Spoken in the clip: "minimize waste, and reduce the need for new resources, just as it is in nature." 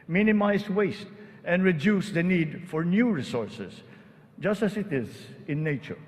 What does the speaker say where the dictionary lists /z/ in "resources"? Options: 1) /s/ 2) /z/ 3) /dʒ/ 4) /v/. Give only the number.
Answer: 1